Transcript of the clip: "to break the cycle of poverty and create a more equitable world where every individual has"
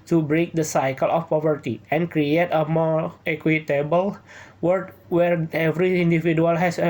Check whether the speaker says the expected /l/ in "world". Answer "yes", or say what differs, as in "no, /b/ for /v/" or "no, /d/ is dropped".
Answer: no, /l/ is dropped